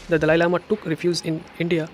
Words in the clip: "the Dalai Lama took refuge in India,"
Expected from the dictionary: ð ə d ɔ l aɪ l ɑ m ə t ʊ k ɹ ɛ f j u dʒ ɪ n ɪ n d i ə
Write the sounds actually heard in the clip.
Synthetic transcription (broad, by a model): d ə d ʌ l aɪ l ɑ m ə t ʊ k ɹ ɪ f j u z ɪ n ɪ n d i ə